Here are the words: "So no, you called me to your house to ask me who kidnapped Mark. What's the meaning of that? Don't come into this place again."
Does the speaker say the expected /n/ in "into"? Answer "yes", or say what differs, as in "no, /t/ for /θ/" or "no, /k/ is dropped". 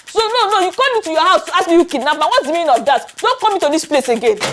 no, /n/ is dropped